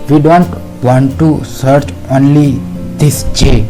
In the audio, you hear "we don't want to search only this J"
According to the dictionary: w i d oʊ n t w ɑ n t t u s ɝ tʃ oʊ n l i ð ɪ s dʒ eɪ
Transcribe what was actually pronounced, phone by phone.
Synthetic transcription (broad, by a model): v i d oʊ n t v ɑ n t t u s ɝ tʃ oʊ n l i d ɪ s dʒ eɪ